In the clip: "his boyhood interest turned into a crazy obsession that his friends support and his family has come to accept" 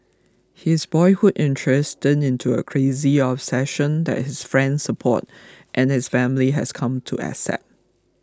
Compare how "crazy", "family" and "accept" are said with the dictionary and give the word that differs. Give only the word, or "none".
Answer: accept